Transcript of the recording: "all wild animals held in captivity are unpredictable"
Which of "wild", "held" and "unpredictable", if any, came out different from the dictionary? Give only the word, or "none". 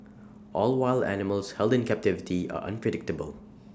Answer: none